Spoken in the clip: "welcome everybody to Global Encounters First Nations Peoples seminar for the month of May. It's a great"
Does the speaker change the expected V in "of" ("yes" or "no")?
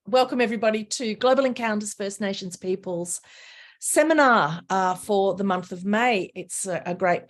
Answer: no